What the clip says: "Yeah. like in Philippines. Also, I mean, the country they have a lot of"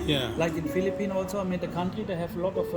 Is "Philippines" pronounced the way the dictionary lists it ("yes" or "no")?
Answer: no